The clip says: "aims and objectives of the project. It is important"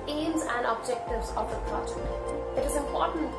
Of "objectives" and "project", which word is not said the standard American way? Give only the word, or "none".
project